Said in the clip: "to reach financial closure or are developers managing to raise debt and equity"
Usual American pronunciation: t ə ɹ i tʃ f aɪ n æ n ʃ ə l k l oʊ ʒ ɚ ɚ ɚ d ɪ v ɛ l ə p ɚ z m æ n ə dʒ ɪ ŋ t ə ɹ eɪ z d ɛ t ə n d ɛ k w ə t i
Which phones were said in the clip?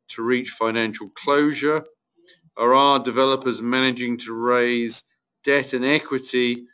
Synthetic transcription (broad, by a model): t ə ɹ i tʃ f aɪ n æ n ʃ ə l k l oʊ ʒ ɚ ɚ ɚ d ɪ v ɛ l ə p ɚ z m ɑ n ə dʒ ɪ ŋ t ə ɹ eɪ z d ɛ t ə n ɛ k w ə t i